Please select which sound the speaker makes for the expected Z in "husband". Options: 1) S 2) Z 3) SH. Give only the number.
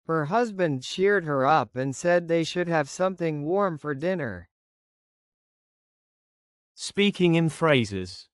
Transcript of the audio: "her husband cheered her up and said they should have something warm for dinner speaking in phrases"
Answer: 2